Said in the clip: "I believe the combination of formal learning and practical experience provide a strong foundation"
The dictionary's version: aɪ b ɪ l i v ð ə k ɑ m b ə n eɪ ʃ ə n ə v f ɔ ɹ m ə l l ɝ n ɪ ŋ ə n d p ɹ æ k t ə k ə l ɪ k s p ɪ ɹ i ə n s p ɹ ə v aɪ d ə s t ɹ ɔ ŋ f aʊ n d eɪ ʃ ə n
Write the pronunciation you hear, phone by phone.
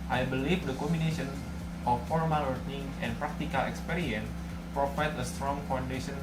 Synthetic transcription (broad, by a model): aɪ b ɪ l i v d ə k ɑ m ə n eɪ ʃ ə n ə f ɔ ɹ m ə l l ɝ n ɪ ŋ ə n p ɹ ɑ k t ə k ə l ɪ k s p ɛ ɹ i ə n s p ɹ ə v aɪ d ə s t ɹ ɔ ŋ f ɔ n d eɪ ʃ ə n